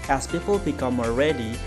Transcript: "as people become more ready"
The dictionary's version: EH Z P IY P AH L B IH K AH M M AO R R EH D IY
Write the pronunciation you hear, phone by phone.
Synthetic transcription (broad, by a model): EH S P IY P AH L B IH K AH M M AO L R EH D IY